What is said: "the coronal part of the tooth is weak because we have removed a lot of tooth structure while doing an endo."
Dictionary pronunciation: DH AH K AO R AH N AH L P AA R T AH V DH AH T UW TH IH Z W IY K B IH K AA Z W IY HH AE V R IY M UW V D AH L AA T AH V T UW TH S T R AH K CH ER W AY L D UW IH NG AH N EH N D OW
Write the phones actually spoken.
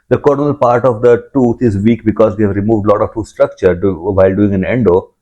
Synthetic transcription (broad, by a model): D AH K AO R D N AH L P AA R T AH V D AH T UW T IH Z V IY K B IH K AA Z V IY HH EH V R IY M UW V D L AA T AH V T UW S T R AH K CH ER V AY L D UW IH NG AH N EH N D OW